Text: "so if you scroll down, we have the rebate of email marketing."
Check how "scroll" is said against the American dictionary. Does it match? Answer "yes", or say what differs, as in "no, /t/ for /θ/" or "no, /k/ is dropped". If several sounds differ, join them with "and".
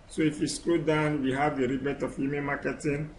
no, /ɹ/ is dropped